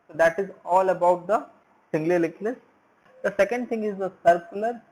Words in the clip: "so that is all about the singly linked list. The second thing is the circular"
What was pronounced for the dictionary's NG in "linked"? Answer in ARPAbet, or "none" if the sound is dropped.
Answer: none